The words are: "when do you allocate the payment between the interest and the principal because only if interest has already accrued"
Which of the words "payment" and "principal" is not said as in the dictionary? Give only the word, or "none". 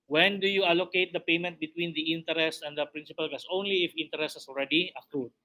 none